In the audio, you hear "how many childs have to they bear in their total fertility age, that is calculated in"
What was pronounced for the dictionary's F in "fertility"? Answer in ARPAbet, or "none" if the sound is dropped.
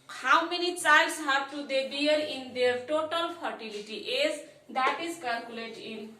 P